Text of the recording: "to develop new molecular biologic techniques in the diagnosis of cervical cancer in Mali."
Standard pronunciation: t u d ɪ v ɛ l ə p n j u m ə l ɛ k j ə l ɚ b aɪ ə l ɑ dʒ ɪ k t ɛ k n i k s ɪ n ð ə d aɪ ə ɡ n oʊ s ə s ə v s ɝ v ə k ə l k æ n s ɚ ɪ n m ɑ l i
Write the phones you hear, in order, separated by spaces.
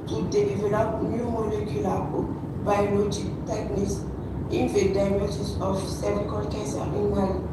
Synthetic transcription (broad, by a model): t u d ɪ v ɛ l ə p n j u m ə l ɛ k j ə l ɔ b aɪ ə l ɑ dʒ ɪ k t ɛ k n i k s ɪ n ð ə d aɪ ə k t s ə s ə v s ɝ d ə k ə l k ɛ s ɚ ɪ n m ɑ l